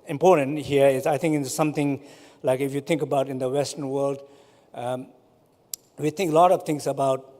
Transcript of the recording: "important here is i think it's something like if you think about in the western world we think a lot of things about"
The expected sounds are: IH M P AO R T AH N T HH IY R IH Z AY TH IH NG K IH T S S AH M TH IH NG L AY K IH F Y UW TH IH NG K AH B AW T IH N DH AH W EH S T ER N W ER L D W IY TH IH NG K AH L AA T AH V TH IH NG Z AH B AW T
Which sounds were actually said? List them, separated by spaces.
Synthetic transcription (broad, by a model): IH M P AO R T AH N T HH IY R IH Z AY T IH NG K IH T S S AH M T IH NG L AY K IH F Y UW T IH NG K AH B AW T IH N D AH W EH S T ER N W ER L D W IY T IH NG K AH L AA T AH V T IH NG S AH B AW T